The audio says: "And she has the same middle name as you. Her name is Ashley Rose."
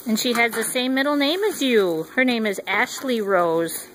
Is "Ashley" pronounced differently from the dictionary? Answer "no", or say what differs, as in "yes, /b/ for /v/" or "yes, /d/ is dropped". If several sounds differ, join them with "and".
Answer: no